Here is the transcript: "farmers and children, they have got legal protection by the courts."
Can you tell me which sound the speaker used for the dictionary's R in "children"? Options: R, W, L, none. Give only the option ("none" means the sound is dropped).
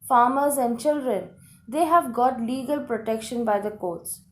R